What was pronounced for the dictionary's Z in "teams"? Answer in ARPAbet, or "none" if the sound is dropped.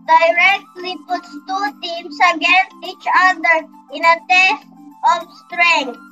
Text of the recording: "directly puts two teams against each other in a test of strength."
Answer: S